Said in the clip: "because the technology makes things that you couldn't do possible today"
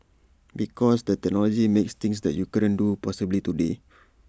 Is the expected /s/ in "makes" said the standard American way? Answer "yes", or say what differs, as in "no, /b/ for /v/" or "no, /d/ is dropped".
yes